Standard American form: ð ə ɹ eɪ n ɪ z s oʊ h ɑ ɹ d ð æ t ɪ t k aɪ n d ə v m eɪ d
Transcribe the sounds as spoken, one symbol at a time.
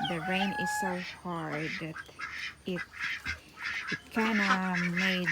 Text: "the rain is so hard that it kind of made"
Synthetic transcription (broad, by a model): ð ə ɹ eɪ n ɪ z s oʊ h ɑ ɹ d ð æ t ɪ t k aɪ n ə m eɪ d